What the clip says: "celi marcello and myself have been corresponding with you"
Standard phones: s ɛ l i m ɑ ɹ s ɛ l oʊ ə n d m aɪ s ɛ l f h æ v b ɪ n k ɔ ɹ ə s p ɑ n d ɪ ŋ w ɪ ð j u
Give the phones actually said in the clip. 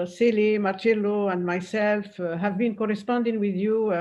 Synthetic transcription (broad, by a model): s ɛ l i m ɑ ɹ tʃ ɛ l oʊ ə n d m aɪ s ɛ l f h æ v b ɪ n k ɔ ɹ ə s p ɑ n d ɪ ŋ w ɪ ð j u